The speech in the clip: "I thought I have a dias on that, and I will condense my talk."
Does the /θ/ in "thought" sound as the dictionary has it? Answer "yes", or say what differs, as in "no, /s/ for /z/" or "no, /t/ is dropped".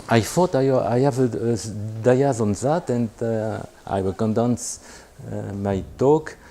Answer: no, /f/ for /θ/